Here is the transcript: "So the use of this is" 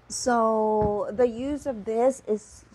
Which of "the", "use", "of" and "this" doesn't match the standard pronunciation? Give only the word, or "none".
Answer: none